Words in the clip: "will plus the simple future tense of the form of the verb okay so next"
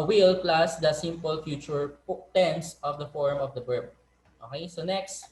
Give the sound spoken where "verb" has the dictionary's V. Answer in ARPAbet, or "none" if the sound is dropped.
B